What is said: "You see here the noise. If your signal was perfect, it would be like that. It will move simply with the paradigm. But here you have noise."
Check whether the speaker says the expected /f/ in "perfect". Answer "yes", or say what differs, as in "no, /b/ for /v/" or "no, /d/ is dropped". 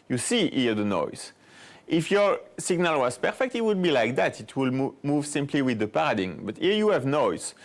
yes